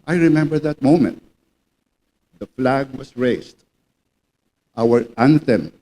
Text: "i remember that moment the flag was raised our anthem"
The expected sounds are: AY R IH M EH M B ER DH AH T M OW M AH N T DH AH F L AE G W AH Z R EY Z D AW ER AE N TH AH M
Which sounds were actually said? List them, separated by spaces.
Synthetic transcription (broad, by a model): AY R IH M EH M B ER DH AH T M OW M AH N T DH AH F L AE G W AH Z R EY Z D AW ER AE N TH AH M